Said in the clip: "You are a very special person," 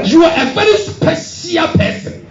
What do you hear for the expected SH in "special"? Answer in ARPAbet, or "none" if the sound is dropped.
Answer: S